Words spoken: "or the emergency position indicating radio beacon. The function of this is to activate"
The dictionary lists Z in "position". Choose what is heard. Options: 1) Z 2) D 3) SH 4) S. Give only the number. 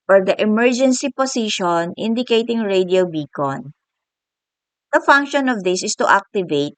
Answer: 4